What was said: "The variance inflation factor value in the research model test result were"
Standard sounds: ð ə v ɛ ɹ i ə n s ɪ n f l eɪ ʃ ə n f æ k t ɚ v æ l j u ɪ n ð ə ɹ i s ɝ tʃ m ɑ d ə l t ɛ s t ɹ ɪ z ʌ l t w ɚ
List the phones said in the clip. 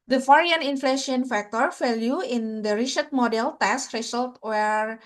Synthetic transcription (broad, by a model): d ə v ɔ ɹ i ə n ɪ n f l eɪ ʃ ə n f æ k t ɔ f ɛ l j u ɪ n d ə ɹ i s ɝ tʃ m ɑ d ə l t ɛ s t ɹ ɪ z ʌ l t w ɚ